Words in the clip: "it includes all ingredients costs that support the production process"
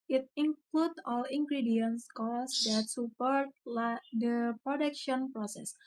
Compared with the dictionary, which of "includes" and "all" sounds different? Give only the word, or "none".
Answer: includes